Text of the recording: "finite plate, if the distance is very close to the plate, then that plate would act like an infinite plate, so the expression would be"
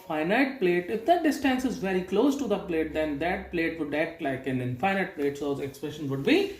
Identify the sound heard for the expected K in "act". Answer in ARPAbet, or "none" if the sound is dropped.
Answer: none